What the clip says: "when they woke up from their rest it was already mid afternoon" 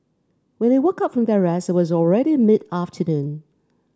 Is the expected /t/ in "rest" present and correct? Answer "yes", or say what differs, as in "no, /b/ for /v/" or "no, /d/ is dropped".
no, /t/ is dropped